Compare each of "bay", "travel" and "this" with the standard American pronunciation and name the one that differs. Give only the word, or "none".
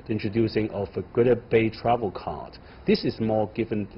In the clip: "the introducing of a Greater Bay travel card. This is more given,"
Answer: none